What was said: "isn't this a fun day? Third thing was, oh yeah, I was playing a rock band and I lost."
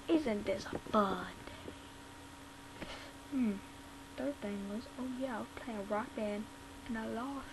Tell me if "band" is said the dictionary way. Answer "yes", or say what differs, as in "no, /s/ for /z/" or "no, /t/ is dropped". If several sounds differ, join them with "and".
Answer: no, /d/ is dropped